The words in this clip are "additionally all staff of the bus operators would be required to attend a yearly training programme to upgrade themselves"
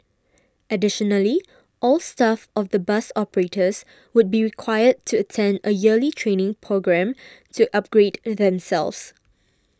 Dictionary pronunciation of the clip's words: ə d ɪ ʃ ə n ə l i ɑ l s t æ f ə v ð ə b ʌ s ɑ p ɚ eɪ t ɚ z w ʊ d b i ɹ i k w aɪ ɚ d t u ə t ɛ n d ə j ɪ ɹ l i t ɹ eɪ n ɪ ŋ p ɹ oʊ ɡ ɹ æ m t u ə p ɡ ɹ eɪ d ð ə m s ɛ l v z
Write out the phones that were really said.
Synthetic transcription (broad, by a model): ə d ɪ ʃ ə n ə l i ɑ l s t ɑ f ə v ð ə b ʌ s ɑ p ɚ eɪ t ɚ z w ʊ d b i ɹ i k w aɪ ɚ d t u ə t ɛ n d ə j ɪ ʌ l i t ɹ eɪ n ɪ ŋ p ɹ oʊ ɡ ɹ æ m t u ə p ɡ ɹ eɪ d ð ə m s ɛ l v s